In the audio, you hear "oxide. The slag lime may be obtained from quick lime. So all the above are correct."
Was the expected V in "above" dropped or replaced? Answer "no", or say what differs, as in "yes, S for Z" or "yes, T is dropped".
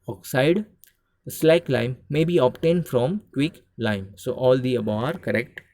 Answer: yes, V is dropped